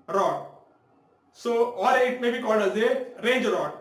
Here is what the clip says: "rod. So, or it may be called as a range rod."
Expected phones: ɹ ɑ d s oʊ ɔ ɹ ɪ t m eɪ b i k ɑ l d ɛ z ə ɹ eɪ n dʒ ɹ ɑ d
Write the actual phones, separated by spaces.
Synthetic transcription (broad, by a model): ɹ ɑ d s oʊ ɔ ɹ ɪ t m eɪ b i k ɑ l d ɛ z ə ɹ eɪ n dʒ ɹ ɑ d